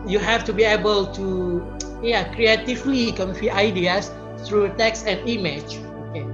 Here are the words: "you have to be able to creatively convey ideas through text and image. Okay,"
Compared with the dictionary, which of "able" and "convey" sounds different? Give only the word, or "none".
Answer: convey